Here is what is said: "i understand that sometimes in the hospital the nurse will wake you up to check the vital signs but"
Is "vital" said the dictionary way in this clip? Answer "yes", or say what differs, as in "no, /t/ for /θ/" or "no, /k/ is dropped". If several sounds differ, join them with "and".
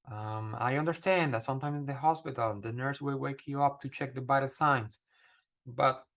no, /b/ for /v/